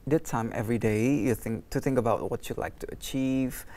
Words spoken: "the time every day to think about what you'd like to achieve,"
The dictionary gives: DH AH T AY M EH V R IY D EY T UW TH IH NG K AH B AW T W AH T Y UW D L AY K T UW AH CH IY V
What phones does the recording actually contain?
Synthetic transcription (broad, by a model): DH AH T AY M EH V R IY D EY T UW TH IH NG K AH B AW T W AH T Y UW L AY K T UW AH CH IY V